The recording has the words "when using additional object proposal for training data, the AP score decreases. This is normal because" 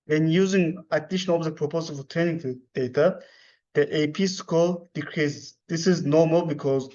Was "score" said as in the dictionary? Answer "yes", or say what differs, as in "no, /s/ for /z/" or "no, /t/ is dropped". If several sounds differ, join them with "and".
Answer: no, /l/ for /ɹ/